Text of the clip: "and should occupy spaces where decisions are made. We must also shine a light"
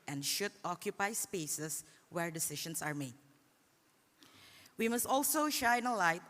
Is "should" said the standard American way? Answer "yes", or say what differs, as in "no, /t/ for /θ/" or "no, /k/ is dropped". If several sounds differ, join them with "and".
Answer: yes